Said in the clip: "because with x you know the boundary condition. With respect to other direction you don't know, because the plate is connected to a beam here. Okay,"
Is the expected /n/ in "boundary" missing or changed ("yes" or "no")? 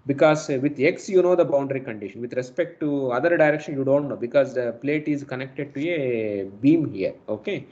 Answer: no